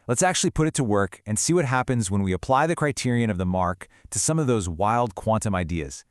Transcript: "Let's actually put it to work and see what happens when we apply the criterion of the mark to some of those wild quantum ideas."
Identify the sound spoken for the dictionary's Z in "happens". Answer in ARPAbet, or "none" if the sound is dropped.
Z